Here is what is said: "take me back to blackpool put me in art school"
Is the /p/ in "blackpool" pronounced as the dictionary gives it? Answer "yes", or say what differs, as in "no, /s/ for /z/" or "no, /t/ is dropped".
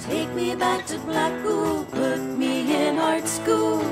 no, /b/ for /p/